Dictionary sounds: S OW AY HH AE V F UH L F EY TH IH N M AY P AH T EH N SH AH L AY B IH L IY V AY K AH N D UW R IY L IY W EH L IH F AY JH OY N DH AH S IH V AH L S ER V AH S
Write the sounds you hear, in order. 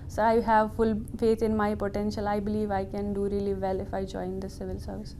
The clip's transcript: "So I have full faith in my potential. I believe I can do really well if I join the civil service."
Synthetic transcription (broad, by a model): S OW AY HH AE V F UH L F EY T IH N M AY P AH T EH N SH AH L AY B IH L IY V AY K AH N D UW R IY L IY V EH L IH F AY JH OY N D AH S IH V AH L S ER V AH S